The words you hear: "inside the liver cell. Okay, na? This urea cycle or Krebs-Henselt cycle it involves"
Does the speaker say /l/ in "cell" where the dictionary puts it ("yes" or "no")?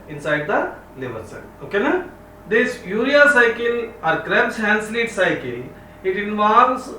no